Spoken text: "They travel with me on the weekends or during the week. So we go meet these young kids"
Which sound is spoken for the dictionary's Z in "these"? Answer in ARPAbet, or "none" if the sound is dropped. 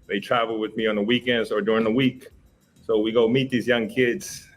Z